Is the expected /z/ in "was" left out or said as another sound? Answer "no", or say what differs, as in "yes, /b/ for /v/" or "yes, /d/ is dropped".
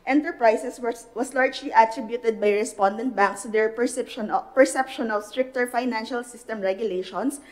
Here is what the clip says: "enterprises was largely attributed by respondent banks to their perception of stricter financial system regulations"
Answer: yes, /s/ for /z/